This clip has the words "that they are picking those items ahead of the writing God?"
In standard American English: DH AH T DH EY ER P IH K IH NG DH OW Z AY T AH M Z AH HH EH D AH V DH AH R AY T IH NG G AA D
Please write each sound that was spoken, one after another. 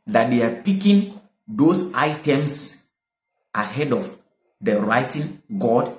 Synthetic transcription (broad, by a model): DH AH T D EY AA P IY K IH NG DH OW S AY T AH M S AH HH EH D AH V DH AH R AY T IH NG G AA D